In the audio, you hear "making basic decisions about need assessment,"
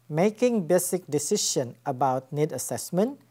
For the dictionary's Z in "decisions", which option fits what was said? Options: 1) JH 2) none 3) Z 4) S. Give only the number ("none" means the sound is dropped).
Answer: 2